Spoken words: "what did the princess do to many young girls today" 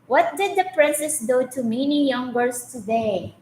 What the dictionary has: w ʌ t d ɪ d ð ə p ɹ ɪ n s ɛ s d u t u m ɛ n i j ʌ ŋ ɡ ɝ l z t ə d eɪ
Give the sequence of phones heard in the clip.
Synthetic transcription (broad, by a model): w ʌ t d ɪ d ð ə p ɹ ɪ n s ɛ s d u t u m ɛ n i j ʌ ŋ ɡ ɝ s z t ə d eɪ